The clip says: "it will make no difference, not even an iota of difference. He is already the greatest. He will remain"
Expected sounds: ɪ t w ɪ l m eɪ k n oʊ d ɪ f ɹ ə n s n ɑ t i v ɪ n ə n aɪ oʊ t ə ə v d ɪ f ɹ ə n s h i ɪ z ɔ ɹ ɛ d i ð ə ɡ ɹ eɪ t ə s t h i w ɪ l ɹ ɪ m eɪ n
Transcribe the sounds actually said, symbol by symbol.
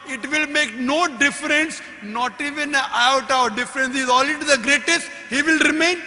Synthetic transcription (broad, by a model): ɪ t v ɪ l m eɪ k n oʊ d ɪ f ɹ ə n s n ɑ t i v ɪ n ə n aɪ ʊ t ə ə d d ɪ f ɹ ə n s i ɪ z ɔ l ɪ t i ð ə ɡ ɹ eɪ t ə s t h i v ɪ l ɹ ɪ m eɪ n